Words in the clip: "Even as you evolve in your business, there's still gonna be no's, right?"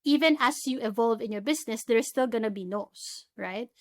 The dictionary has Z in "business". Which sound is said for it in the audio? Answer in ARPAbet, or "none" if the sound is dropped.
S